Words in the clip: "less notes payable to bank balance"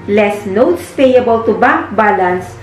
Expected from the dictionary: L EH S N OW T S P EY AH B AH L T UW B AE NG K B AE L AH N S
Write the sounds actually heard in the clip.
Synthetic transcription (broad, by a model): L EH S N OW T S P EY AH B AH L T UW B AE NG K B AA L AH N S